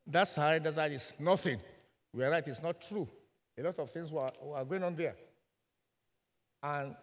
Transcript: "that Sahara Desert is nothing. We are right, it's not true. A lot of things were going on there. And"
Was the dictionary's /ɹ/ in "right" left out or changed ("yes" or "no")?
no